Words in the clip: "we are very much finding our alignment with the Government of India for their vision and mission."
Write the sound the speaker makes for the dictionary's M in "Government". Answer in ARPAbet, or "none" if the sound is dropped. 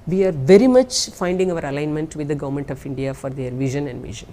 M